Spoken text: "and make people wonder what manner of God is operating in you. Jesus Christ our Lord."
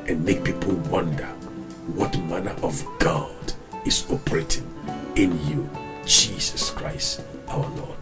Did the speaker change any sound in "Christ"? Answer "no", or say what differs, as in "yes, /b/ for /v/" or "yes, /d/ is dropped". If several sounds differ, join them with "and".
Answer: no